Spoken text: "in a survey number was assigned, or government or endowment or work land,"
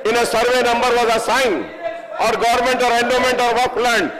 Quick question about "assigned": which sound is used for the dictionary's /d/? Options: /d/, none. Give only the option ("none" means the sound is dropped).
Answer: none